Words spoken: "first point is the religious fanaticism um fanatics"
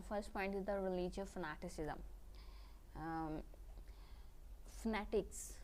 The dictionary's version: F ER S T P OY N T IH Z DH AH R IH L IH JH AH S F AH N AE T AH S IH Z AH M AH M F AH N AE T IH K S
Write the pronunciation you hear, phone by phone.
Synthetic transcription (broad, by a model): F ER S T P OY N T IH Z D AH R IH L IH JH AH F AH N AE T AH S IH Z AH AH M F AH N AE T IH K S